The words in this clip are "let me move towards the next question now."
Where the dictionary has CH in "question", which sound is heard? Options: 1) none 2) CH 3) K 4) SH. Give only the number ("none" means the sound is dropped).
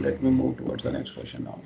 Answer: 4